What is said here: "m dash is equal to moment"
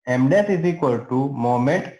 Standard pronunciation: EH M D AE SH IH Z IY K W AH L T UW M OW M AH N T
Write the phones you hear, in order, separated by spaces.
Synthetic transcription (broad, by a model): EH M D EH S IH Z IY K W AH L T UW M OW M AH N T